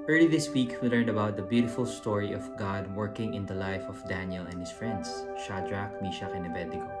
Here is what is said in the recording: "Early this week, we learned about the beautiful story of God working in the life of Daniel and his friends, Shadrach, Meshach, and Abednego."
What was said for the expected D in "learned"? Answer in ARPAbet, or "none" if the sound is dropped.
D